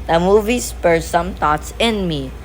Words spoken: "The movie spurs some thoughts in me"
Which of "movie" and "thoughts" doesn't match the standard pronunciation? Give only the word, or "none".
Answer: thoughts